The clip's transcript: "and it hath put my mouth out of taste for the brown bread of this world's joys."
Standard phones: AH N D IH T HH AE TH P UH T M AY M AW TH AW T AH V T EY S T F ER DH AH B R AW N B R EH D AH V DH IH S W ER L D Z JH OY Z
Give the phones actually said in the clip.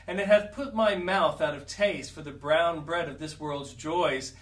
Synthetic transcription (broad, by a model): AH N IH T HH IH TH P UH T M AY M AW TH AW T AH V T EY S T F ER DH AH B R AW N B R EH D AH V DH IH S W ER L D Z JH OY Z